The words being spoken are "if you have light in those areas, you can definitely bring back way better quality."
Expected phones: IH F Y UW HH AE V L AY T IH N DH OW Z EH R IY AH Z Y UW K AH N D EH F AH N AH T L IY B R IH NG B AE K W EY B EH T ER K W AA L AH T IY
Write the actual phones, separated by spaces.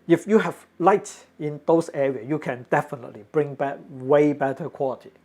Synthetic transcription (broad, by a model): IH F Y UW HH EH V L AY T IH N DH OW S EH R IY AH Y UW K AH N D EH F AH N AH T L IY B R IH NG B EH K W EY B EH T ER K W AA L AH T IY